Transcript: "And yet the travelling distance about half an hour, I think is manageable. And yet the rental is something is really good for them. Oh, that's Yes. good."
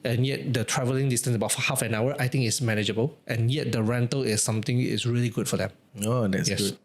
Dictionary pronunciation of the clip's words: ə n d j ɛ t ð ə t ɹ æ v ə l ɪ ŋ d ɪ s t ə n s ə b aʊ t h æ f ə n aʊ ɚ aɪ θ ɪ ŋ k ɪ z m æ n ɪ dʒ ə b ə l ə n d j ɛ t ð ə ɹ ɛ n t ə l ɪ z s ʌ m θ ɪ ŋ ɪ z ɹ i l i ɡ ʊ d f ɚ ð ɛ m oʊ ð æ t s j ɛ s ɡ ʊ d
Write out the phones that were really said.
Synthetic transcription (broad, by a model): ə n j ɛ t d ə t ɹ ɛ v ə l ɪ ŋ d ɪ s t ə n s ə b aʊ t h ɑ f ə n aʊ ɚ aɪ t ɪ ŋ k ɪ s m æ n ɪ dʒ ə b ə l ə n j ɛ t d ə ɹ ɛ n t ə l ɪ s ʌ m t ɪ ŋ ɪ s ɹ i l i ɡ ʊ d f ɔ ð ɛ m oʊ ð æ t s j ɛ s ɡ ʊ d